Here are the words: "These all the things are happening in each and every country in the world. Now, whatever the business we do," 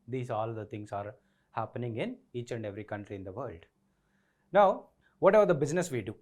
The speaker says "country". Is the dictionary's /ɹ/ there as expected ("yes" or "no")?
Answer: yes